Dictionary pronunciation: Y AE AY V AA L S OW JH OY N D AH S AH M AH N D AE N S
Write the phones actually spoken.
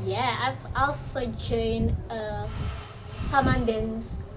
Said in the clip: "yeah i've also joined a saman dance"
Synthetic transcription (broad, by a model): Y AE AY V AA L S OW JH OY N AH S AH M AH N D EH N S